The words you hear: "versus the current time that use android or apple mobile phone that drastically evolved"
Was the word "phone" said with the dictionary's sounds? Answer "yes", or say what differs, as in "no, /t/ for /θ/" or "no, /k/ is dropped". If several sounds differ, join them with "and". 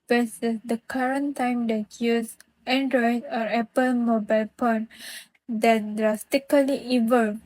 no, /p/ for /f/